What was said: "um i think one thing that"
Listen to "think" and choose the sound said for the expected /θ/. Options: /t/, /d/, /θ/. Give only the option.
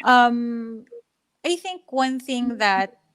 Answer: /θ/